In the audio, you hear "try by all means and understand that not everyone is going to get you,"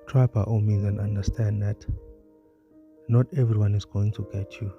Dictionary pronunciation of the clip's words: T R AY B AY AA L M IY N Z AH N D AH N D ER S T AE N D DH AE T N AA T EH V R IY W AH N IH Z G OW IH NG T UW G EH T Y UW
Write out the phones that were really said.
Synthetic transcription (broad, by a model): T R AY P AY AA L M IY Z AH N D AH N D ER S T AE N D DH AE T N AA T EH V R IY W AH N IH Z G OW IH NG T UW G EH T Y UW